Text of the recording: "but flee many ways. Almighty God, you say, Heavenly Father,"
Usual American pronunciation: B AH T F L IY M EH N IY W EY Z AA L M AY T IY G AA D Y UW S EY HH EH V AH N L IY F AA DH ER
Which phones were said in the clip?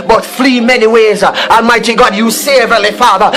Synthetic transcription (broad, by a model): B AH T F L IY M EH N IY W EY Z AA M AY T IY G AA D Y UW S EY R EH L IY F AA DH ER